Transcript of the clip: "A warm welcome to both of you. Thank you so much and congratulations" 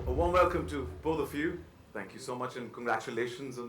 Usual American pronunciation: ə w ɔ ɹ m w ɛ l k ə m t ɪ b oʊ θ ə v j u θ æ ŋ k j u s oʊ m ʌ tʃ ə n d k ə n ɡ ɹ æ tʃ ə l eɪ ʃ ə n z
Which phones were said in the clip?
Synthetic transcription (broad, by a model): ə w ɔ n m w ɛ l k ə m t ɪ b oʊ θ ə f j u θ æ ŋ k j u s oʊ m ʌ tʃ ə n k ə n ɡ ɹ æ tʃ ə l eɪ ʃ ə n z